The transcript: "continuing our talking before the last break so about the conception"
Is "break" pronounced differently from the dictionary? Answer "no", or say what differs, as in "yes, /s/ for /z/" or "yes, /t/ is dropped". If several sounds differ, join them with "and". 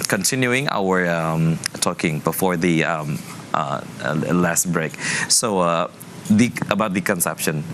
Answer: no